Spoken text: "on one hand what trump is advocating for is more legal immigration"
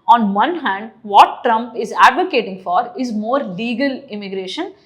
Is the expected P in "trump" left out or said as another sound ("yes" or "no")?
no